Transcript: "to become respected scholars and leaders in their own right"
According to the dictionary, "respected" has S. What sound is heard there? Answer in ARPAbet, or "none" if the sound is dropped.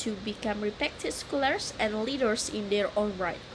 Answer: none